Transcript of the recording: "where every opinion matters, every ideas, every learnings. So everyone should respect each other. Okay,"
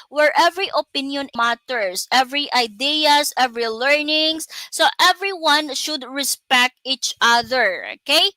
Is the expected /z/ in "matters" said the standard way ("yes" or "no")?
no